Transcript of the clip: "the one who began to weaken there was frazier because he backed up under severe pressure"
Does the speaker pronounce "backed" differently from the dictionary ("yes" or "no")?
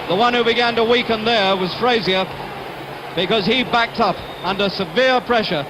no